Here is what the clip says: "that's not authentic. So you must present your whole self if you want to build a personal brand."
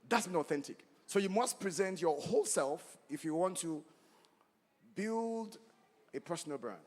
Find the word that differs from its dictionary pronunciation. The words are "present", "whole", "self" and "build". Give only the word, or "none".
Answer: none